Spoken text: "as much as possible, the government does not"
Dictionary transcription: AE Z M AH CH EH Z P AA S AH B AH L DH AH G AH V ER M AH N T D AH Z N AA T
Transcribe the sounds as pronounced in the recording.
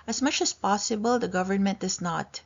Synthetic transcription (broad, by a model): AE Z M AH CH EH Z P AA S AH B AH L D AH G AH V ER M AH N T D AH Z N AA T